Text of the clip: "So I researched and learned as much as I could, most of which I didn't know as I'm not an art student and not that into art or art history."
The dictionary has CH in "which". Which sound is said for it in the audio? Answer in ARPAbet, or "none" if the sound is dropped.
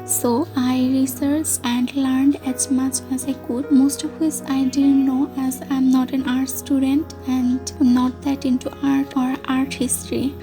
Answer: S